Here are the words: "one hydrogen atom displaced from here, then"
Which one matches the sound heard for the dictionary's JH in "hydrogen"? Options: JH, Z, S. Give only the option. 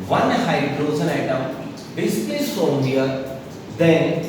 Z